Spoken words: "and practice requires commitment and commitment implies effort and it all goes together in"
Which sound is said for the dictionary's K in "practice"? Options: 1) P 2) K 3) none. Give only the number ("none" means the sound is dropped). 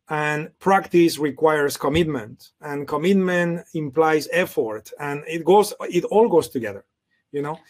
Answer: 2